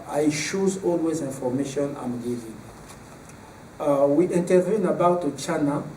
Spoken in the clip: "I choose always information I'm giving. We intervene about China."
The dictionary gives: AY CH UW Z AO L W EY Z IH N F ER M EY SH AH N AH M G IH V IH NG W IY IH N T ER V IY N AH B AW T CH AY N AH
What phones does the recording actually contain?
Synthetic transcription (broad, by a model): AY SH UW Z AO L W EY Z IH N F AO M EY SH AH N AH M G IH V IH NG W IY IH N T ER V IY N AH B AW T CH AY N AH